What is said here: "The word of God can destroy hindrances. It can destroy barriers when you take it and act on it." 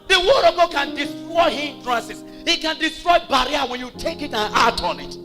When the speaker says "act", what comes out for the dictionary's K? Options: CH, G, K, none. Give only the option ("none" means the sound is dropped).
none